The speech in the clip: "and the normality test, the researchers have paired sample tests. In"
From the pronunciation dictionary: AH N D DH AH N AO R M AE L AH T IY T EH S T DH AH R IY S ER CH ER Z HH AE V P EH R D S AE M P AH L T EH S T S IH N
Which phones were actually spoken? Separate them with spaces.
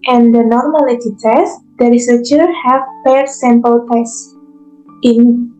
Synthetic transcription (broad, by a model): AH N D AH N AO R M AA L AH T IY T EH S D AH R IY S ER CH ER HH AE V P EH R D S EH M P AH L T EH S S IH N